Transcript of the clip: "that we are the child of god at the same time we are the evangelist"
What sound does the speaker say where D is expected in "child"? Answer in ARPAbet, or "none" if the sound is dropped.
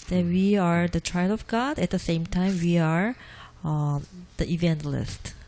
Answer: none